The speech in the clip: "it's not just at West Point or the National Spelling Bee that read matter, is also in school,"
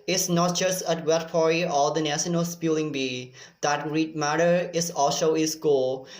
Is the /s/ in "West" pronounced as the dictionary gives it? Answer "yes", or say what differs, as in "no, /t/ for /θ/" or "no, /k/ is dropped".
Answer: no, /s/ is dropped